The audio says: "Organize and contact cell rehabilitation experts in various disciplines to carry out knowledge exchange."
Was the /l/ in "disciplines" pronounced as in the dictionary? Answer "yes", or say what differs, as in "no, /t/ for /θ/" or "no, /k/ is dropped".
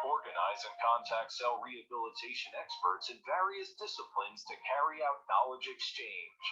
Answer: yes